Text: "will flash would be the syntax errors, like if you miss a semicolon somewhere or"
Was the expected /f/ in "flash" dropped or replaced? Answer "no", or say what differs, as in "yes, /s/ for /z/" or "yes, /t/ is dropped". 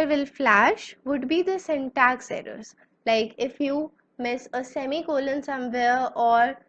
no